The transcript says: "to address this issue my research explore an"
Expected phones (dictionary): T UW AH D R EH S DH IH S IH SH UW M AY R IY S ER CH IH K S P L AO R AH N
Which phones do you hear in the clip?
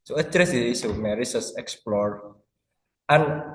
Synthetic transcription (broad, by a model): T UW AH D R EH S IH IH S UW M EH R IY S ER S IH K S P L AO R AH N